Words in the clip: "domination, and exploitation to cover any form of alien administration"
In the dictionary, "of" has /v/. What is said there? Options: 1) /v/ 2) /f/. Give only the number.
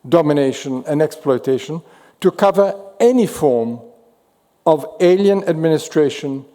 1